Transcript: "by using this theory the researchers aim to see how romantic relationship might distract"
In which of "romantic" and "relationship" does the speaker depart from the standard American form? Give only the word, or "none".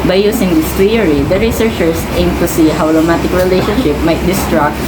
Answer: romantic